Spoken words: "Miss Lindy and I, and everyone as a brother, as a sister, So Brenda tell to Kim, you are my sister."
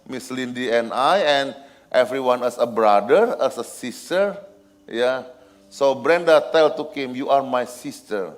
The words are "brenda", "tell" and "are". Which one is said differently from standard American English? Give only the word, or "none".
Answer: none